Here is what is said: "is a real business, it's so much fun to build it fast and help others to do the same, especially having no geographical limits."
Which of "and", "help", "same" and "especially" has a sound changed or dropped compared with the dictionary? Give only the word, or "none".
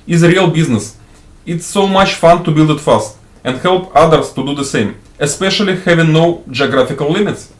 none